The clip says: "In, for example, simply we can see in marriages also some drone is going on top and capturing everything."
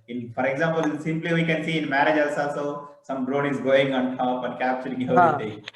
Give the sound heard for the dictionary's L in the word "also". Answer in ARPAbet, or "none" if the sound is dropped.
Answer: none